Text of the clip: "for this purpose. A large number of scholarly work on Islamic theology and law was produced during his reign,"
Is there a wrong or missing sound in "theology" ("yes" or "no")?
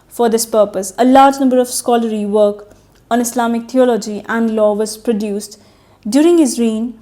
yes